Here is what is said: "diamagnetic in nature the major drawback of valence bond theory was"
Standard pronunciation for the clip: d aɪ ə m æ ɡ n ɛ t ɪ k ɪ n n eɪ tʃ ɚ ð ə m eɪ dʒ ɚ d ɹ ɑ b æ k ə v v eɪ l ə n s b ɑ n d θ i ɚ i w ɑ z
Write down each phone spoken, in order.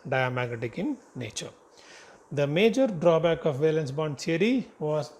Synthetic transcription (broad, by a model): d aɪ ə m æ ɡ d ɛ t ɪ k ɪ n n eɪ tʃ ɚ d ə m eɪ dʒ ɚ d ɹ ɑ b æ k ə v v eɪ l ə n s b ɑ n d t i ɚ i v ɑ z